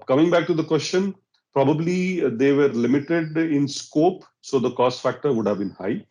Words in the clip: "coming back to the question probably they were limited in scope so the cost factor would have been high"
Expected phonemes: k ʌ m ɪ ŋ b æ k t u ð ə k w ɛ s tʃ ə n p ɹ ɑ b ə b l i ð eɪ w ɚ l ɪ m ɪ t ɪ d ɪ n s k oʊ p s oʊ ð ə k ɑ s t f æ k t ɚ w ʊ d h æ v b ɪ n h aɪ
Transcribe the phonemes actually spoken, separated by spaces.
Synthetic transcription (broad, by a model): k ʌ m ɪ ŋ b æ k t u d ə k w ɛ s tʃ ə n p ɹ ɑ b ə b l i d eɪ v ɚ l ɪ m ɪ t ɪ d ɪ n s k oʊ p s oʊ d ə k ɑ s t f æ k t ɚ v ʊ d h æ v b ɪ n h aɪ